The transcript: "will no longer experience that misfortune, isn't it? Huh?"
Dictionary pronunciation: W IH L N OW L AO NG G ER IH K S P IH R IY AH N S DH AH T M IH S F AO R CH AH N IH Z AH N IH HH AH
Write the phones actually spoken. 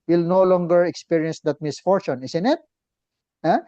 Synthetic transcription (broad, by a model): W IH L N OW L AO NG G ER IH K S P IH R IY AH N S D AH T M IH S F AO R CH AH N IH S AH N IH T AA